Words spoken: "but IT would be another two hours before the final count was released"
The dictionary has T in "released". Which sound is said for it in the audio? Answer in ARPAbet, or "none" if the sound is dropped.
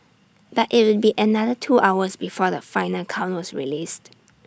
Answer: T